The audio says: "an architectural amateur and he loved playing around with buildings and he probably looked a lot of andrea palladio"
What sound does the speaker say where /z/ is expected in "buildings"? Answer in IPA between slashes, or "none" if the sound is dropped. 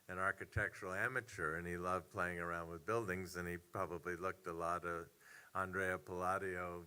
/z/